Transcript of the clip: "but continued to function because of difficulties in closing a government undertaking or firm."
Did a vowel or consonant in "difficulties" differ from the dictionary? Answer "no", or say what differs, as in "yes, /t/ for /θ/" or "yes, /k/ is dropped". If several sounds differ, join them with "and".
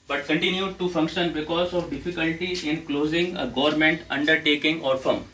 yes, /z/ is dropped